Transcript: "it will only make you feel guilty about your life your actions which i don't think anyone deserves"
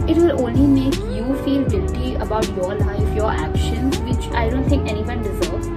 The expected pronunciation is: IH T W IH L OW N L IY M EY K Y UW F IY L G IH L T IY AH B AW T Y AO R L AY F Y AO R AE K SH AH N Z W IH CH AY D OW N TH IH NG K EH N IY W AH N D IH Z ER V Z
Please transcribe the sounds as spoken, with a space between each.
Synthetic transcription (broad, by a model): IH T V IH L OW N L IY M EY K Y UW F IY L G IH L T IY AH B AW T Y AO R L AY F Y AO R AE K SH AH N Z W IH CH AY D OW N T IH NG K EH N IY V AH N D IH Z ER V